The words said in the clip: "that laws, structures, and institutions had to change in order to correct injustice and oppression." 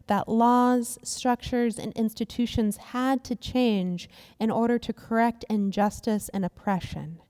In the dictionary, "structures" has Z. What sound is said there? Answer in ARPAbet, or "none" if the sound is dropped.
Z